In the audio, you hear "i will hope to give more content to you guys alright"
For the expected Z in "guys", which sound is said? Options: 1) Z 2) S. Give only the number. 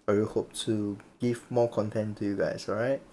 2